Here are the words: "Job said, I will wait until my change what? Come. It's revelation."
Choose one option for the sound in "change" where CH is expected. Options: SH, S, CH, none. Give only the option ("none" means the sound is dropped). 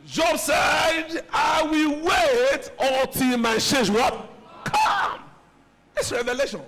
SH